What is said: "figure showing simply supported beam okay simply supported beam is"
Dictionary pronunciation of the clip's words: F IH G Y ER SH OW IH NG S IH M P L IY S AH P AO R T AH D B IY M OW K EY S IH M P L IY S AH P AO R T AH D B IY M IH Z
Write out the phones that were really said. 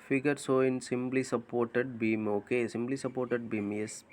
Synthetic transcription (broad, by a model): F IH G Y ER S OW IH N S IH M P L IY S AH P AO R T AH D B IY M OW K EY S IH M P L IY S AH P AO R T AH D B IY M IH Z